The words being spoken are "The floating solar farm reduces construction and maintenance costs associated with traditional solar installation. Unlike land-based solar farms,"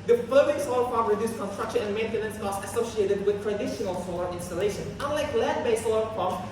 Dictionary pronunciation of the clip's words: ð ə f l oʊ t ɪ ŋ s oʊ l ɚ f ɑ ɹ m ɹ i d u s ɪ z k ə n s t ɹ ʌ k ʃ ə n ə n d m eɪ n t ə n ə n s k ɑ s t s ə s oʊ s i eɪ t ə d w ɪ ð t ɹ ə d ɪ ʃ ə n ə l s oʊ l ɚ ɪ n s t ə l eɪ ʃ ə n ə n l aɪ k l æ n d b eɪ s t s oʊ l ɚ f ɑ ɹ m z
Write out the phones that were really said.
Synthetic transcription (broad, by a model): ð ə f oʊ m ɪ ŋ s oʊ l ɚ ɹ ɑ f ɹ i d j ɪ s k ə n s t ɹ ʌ k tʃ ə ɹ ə n m eɪ n t ə n ə n s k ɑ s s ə s oʊ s i eɪ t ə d w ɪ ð t ɹ ə d ɪ ʃ ə n ə l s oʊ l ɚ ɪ n s t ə l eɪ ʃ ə n ə n l aɪ k l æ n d b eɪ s s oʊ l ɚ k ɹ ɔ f